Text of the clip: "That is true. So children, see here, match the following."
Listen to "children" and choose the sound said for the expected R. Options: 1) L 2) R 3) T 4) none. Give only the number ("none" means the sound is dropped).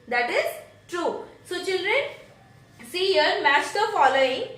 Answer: 2